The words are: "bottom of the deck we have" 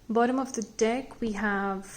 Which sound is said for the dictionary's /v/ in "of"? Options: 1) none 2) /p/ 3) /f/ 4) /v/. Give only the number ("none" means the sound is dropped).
4